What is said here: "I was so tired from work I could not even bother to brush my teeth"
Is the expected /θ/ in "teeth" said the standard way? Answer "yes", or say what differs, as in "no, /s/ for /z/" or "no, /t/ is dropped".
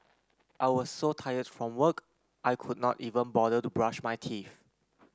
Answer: no, /f/ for /θ/